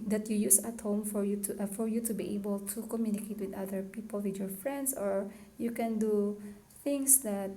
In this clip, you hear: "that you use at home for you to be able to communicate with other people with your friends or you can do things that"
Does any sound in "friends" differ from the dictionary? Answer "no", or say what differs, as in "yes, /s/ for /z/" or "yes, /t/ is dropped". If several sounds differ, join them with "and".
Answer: yes, /s/ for /z/